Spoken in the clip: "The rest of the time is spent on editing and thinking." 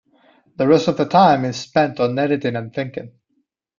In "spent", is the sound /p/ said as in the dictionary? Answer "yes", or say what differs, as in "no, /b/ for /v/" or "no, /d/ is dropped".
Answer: yes